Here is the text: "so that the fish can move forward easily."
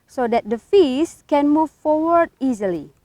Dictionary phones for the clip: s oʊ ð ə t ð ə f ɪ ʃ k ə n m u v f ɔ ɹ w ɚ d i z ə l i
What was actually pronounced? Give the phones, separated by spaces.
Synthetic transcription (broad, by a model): s oʊ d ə t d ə f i s k ə n m u v f ɔ w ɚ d i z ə l i